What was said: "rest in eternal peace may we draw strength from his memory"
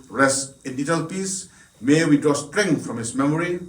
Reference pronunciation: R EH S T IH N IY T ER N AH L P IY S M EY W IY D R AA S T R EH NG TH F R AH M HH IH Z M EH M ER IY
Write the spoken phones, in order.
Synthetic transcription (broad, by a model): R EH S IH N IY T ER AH L P IY S M EY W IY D AA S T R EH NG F R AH M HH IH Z M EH M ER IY